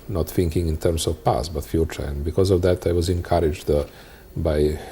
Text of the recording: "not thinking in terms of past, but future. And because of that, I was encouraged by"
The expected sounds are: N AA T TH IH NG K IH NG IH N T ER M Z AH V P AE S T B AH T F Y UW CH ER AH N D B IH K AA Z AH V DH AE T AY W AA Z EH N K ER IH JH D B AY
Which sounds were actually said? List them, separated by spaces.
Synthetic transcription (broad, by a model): N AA T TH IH NG K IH NG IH N T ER M S AH V P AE S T B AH T F Y UW CH ER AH N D B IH K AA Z AH V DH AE T AY W AA Z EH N K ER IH JH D B AY